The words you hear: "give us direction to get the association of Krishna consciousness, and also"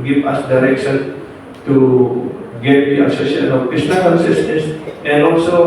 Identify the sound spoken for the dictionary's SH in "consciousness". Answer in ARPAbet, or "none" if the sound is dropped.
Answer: S